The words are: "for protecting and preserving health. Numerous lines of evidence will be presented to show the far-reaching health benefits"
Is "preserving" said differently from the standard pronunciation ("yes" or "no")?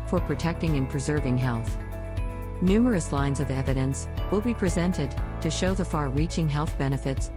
no